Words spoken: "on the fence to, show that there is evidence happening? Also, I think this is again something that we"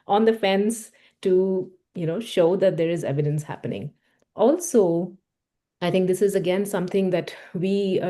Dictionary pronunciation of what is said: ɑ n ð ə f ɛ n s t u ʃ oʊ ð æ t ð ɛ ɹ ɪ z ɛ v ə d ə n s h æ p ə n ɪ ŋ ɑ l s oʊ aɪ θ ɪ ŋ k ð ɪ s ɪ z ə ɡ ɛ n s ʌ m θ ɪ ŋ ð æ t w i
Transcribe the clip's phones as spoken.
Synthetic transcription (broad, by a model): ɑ n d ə f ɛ n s t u ʃ oʊ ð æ t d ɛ ɹ ɪ z ɛ v ə d ə n s h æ p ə n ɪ ŋ ɑ l s oʊ aɪ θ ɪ ŋ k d ɪ s ɪ z ə ɡ ɛ n s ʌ m t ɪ ŋ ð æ t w i